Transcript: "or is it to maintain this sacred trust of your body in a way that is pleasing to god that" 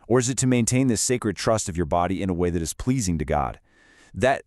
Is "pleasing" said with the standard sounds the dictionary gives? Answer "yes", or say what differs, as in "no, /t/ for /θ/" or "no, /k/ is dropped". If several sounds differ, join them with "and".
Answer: yes